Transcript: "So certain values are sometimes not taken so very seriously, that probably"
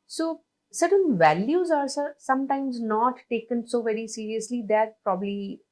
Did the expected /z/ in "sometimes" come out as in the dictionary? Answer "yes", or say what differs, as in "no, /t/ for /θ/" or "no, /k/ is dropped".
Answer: yes